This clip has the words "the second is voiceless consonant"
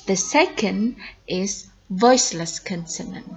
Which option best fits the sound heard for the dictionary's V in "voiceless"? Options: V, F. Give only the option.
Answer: V